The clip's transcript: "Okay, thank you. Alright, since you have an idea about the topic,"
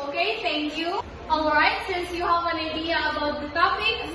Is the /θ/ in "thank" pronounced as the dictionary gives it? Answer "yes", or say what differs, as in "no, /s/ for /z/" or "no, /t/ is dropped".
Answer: no, /t/ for /θ/